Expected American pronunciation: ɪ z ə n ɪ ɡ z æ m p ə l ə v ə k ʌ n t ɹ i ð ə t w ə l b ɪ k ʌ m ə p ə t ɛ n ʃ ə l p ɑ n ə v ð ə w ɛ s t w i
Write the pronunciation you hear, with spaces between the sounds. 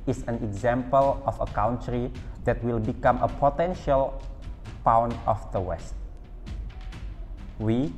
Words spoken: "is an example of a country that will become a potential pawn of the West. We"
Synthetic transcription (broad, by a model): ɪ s ə n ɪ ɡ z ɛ m p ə l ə f ə k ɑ n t ɹ i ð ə t w ə l b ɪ k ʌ m ə p ə t ɛ n ʃ ə l p ɑ n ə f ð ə w ɛ s t w i